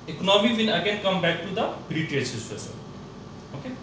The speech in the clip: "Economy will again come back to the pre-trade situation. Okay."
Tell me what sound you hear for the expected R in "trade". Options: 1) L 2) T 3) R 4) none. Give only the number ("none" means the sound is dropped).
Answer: 4